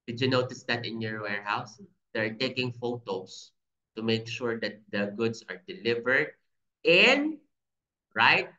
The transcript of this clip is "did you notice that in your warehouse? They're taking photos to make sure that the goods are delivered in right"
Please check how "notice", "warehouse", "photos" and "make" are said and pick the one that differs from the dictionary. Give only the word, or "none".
photos